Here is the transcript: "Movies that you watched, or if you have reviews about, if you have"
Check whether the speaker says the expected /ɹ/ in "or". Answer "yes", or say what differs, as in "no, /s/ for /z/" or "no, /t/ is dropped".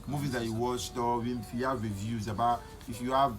no, /w/ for /ɹ/